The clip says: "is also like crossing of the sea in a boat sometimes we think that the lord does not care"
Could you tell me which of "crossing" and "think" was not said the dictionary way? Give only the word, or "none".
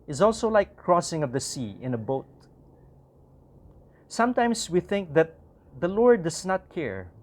none